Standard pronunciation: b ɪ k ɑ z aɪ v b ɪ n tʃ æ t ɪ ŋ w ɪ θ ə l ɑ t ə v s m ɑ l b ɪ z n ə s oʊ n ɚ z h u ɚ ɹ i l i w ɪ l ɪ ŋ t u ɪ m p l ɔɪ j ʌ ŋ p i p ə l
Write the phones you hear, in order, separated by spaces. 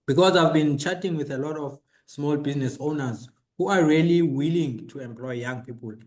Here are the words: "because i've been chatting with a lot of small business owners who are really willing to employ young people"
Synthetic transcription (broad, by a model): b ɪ k ɑ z aɪ v b ɪ n tʃ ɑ t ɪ ŋ w ɪ θ ə l ɑ t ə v s m ɑ l b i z n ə s oʊ n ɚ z h u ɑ ɹ i l i w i l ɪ ŋ t u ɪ m p l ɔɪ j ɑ ŋ p i p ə l